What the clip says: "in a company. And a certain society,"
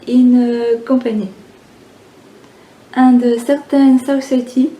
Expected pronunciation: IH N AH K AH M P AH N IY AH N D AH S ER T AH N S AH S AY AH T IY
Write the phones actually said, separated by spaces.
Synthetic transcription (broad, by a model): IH N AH K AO P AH N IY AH D AH S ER T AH N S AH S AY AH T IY